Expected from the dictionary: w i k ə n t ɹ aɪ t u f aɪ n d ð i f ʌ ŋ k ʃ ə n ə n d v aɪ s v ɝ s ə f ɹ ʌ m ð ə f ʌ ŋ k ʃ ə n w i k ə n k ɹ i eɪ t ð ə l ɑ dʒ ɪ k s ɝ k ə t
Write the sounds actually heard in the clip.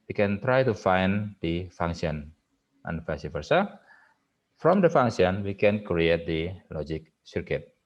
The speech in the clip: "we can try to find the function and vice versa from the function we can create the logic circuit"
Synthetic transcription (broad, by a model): w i k ə n t ɹ aɪ t u f aɪ n d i f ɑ ŋ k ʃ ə n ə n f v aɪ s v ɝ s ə f ɹ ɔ m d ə f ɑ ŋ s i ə n w i k ə n k ɹ i eɪ t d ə l ɑ dʒ ɪ k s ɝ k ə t